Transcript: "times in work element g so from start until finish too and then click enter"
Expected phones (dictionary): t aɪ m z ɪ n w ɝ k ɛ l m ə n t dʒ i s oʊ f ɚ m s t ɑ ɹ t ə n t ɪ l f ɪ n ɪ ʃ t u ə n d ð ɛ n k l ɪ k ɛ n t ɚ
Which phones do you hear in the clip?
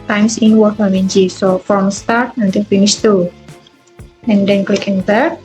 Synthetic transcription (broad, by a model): t aɪ m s ɪ n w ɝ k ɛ m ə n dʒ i s oʊ f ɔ m s t ɑ ɹ t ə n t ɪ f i n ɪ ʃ t u ə n d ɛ n k l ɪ k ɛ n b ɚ